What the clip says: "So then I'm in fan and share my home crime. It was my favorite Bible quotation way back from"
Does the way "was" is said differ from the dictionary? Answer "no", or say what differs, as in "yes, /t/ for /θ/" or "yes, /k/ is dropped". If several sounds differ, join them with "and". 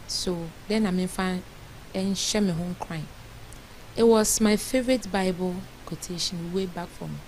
yes, /s/ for /z/